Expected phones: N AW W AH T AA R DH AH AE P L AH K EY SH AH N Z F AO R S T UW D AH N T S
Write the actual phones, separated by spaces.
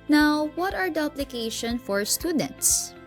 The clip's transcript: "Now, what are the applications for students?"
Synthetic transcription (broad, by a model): N AW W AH T AA R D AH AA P L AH K EY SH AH N F AO R S T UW D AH N T S